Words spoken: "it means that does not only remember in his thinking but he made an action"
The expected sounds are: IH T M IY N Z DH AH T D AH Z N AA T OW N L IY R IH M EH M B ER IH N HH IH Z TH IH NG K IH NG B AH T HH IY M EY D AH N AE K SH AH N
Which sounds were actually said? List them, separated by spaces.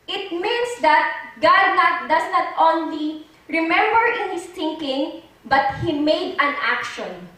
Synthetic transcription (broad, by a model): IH T M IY N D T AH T D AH S N AA T OW N L IY R IH M EH M B ER IH N HH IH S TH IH NG K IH NG B AH T HH IY M EY D AH N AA K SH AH N